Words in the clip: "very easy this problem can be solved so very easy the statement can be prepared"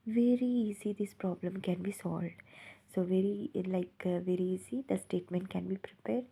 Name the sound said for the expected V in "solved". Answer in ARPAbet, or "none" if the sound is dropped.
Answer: V